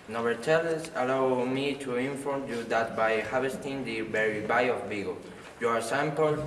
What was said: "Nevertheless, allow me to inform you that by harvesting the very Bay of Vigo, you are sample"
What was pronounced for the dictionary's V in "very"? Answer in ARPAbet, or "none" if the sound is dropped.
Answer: B